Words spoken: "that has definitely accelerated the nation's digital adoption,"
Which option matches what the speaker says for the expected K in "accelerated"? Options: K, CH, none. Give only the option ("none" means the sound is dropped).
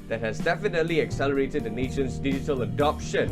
K